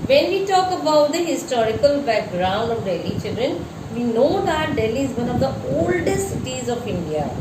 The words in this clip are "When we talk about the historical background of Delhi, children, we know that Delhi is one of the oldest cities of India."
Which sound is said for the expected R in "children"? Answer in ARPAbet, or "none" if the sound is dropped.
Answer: R